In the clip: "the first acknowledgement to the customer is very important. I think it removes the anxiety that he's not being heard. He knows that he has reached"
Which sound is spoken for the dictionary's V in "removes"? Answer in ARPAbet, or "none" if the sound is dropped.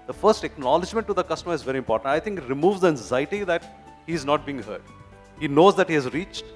V